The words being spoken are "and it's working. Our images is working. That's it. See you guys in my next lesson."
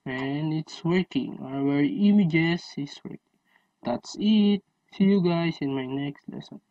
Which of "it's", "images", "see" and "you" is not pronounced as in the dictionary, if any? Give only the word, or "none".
images